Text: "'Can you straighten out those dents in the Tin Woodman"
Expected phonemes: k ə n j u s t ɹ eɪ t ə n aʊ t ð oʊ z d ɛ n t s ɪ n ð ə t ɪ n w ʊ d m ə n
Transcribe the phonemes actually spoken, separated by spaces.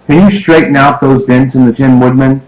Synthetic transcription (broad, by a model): k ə n j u s t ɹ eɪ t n aʊ t ð oʊ z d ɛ n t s ɪ n ð ə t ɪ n w ʊ d m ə n